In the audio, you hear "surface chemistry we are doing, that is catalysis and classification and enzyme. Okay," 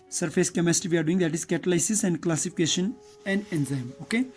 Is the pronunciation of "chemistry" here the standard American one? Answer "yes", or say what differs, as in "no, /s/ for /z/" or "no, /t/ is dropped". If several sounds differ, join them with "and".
no, /ɹ/ is dropped